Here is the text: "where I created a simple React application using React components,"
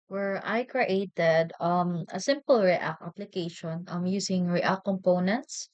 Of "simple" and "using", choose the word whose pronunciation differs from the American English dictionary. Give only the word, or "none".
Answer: using